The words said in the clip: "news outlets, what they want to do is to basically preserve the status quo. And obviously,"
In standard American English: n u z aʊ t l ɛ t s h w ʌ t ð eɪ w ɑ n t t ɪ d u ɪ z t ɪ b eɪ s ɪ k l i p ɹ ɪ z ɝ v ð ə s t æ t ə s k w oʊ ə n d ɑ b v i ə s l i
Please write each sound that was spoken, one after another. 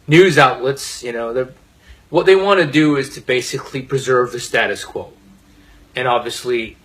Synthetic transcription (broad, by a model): n u z aʊ t l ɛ t s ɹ w ʌ t ð eɪ w ɑ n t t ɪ d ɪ ɪ z t ɪ b eɪ s ɪ k l i p ɹ ɪ z ɝ v ð ə s t æ t ə s k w oʊ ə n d ɑ b v i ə s l i